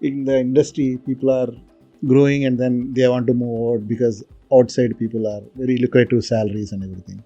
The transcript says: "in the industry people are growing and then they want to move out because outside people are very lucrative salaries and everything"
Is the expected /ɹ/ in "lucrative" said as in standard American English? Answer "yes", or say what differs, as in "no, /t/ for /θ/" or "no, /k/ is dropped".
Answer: no, /ɹ/ is dropped